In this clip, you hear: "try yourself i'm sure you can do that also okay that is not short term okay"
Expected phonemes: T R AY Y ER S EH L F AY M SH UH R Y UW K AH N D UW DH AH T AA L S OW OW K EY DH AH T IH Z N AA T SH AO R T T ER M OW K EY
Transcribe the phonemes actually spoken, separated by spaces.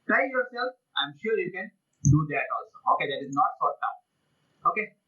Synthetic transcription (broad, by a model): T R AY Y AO S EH L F AY M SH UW Y UW K AH N D UW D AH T AA L S OW OW K EY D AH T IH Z N AA T S AO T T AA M OW K EY